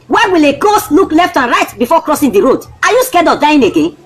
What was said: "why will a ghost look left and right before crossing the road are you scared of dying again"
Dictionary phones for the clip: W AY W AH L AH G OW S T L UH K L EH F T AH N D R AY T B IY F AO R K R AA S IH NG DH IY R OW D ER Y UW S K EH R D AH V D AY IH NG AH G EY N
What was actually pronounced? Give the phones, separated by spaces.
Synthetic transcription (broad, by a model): W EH W AH L AH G OW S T L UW K L EH F T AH N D R AY T B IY F AO K R AA S IH NG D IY R OW D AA Y UW S K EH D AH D AY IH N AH G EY N